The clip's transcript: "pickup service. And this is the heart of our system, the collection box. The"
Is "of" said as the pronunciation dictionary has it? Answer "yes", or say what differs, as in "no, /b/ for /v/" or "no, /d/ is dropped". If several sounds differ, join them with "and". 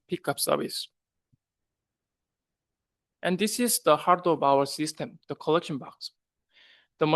no, /b/ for /v/